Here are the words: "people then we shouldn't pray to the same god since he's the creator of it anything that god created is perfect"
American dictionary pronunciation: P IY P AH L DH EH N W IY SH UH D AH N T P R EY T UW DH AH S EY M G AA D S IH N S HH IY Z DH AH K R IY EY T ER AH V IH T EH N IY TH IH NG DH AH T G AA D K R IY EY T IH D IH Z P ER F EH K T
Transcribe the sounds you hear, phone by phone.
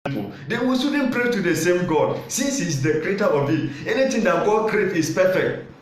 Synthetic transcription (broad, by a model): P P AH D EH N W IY S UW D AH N P R EY T UW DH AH S EY M G AA D S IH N S HH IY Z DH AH K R IY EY T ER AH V IH T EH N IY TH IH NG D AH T G AA D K R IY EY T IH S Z P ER F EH K T